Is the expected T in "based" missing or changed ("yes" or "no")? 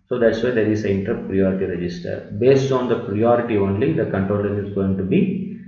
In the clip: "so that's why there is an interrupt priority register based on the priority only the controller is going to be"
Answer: no